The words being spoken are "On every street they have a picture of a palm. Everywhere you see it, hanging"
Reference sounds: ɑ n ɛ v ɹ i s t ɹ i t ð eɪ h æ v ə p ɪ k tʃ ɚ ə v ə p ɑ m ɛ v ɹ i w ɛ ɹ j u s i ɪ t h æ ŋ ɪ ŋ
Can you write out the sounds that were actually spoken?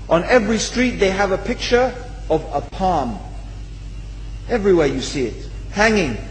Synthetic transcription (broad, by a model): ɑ n ɛ v ɹ i s t ɹ i t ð eɪ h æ v ə p ɪ k tʃ ɚ ə v ə p ɑ m ɛ v ɹ i w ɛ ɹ j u s i ɪ t h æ ŋ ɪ ŋ